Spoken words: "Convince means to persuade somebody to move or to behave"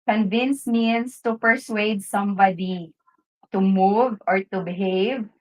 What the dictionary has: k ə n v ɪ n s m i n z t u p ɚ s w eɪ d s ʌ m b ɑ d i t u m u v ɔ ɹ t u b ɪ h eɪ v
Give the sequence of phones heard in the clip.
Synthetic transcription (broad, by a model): k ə n v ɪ n s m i n s t u p ɚ s w eɪ d s ʌ m b ɑ d i t u m u v ɔ ɹ t u b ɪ h eɪ v